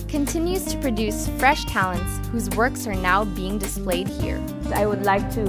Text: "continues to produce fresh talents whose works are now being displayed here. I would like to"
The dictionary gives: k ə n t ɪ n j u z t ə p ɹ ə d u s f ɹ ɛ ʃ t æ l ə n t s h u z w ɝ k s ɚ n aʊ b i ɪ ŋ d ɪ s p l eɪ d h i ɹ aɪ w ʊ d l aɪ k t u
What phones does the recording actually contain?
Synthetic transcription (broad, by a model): k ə n t ɪ n j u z t ə p ɹ ə d u s f ɹ ɛ ʃ t æ l ə n t s h u z w ɝ k s ɚ n aʊ b i ɪ ŋ d ɪ s p l eɪ d h i ɹ aɪ w ʊ d l aɪ k t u